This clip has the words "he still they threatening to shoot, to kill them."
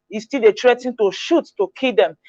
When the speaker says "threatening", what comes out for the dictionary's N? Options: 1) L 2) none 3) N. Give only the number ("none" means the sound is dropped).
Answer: 2